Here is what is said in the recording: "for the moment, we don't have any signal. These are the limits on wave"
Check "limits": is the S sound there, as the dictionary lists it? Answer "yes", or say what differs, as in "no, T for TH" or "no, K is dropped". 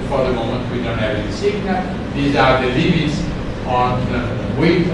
yes